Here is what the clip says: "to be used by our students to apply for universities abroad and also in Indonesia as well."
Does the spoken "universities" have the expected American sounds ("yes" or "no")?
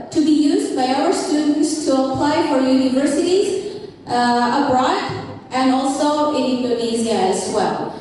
yes